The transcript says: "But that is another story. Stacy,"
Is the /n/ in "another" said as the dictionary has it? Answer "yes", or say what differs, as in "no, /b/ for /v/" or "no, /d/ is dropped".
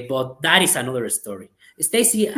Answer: yes